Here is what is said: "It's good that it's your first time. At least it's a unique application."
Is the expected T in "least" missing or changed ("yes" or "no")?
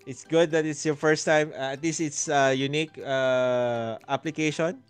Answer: no